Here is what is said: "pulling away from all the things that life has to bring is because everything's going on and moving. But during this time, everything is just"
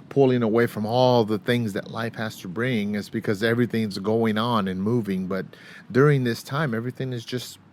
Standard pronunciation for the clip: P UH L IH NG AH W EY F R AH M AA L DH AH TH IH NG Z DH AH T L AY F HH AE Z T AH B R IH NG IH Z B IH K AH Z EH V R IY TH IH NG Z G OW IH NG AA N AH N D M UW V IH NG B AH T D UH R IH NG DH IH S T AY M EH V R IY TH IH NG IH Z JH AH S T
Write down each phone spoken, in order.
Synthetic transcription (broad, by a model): P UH L IH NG AH W EY F R AH M AA L DH AH TH IH NG Z DH AH T L AY F HH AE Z T AH B R IH NG IH Z B IH K AH Z EH V R IY TH IH NG Z G OW IH NG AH N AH N M UW V IH NG B AH T D UH R IH NG DH IH S T AY M EH V R IY TH IH NG IH Z JH AH S T